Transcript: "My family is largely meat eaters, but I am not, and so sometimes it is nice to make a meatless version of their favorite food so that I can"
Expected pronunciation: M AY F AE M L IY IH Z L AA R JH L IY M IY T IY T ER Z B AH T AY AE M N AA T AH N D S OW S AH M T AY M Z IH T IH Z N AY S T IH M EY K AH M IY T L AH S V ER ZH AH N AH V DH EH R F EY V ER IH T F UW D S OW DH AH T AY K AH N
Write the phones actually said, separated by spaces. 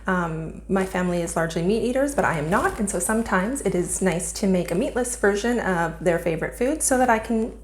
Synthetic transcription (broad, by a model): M AY F AE M L IY IH Z L AA R JH L IY M IY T IY T ER Z B AH T AY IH M N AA T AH N S OW S AH M T AY M Z IH T IH Z N AY S T IH M EY K AH M IY T L AH S V ER ZH AH N AH V DH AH R F EY V ER IH T F UW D S OW DH AH T AY K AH N